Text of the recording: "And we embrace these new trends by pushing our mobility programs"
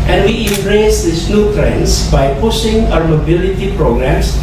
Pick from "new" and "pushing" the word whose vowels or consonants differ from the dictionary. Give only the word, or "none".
pushing